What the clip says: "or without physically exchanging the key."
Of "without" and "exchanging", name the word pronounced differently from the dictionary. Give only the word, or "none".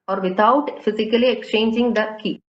without